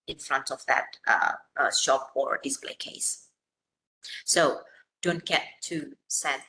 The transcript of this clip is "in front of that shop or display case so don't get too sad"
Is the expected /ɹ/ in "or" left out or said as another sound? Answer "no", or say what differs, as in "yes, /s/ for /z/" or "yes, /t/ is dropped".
no